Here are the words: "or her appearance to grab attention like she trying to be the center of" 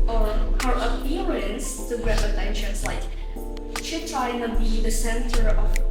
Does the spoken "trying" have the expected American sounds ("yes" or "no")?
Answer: no